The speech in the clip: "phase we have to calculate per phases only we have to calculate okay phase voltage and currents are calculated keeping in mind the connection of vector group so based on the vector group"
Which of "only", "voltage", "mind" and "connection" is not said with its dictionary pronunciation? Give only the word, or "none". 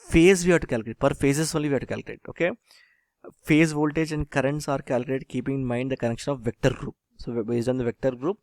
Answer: none